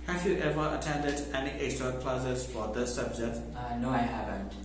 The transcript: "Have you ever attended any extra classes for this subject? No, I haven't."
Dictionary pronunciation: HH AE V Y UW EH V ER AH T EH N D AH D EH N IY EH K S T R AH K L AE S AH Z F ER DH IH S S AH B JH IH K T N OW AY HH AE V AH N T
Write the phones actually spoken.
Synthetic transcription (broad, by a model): HH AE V Y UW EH V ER AH T EH N D AH D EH N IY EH S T AH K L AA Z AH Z F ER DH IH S S AH B JH IH K T N OW AY HH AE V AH N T